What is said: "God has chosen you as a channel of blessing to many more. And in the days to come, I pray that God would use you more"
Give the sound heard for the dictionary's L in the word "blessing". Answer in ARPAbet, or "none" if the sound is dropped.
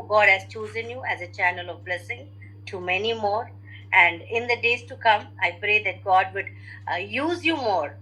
L